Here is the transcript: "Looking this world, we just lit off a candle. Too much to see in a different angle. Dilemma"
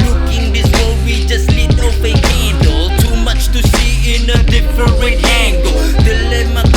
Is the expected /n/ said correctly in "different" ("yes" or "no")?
no